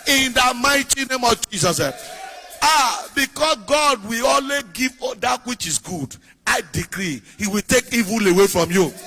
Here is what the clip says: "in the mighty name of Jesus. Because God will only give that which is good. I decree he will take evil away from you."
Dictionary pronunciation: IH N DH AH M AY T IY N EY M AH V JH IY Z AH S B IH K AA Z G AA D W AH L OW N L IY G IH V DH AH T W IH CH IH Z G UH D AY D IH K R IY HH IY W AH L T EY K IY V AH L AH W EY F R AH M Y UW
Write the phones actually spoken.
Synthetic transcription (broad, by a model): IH N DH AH M AY T IY N EY M AH V JH IY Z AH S B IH K AA S G AA D W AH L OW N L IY G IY V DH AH T W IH CH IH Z G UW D AY D IH K R IY HH IY W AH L T EY K IY V AH L AH W EY F R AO M Y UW